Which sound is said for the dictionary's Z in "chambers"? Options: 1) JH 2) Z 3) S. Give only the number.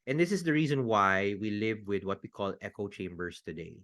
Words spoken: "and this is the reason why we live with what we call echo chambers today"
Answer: 3